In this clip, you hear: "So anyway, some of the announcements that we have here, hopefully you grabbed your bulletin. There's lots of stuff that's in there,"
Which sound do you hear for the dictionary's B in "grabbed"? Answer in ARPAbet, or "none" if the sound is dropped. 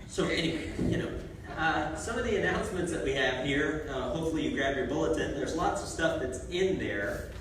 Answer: none